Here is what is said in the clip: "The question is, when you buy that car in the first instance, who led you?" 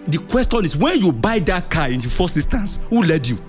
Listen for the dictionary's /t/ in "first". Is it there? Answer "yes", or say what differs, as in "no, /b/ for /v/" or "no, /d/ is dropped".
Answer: no, /t/ is dropped